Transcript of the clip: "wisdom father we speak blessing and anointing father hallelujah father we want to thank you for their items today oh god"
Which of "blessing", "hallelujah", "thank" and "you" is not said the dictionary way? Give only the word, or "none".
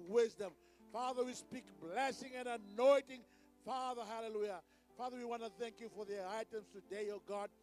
none